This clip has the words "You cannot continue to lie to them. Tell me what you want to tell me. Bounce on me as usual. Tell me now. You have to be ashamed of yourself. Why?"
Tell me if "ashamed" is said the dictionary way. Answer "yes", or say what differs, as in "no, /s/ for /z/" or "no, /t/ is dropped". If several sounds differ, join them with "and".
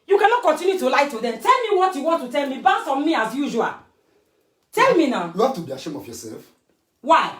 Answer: no, /d/ is dropped